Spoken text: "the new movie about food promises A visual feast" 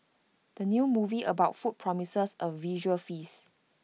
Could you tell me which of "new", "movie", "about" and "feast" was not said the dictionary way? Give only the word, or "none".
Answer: feast